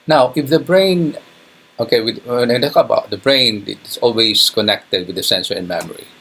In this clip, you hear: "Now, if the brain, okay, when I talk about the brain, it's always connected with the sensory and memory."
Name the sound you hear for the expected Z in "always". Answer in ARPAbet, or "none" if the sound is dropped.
S